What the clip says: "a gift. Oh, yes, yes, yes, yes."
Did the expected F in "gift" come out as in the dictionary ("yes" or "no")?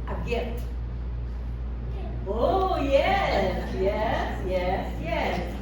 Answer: no